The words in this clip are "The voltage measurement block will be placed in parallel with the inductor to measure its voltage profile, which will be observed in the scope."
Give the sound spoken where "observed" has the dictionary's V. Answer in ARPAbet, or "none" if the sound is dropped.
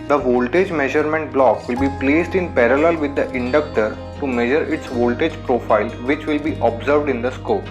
V